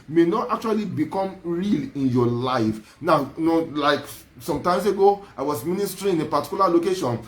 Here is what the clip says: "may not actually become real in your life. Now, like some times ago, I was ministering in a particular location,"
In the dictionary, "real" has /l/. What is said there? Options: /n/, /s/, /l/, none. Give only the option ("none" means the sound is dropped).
/l/